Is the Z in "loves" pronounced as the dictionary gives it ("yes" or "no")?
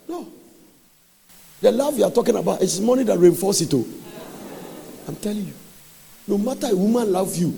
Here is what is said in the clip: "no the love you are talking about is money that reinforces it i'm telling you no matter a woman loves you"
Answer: no